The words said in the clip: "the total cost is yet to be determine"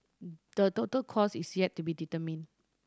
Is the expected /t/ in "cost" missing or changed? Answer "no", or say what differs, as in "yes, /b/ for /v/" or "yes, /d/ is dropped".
yes, /t/ is dropped